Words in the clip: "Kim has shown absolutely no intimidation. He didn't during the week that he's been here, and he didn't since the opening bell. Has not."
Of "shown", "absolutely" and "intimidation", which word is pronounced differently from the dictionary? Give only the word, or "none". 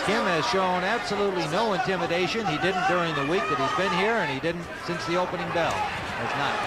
none